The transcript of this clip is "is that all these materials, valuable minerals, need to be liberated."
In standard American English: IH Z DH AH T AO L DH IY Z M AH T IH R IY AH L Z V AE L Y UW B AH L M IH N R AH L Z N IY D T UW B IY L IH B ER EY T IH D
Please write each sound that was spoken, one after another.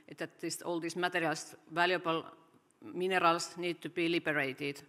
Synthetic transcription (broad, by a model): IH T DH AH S AO L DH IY S M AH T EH R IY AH L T V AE L Y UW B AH L M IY N R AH L S N IY D T UW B IY L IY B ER EY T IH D